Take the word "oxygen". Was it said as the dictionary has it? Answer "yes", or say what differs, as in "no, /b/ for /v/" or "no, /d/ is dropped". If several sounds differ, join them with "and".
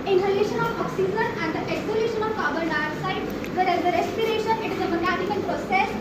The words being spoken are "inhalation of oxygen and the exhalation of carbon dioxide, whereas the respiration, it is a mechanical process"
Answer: no, /z/ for /dʒ/